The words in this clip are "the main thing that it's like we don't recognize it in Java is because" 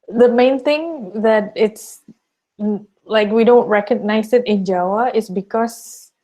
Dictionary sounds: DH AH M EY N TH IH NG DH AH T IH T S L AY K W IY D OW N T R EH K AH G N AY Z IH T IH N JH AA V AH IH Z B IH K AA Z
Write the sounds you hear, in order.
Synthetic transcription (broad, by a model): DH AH M EY N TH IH NG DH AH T IH T S L AY K W IY D OW N T R EH K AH G N AY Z IH T IH N JH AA W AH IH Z B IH K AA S